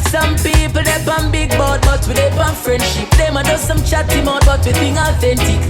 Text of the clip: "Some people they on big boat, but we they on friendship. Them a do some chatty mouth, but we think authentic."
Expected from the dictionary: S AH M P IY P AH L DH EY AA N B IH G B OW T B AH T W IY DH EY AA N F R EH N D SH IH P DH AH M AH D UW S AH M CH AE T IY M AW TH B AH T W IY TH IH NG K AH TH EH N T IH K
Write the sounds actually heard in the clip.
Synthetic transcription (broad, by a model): S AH M P IY P AH L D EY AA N B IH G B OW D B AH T W IY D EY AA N F R EH N D SH IH P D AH M AH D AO S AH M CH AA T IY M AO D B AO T W IY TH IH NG AH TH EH N T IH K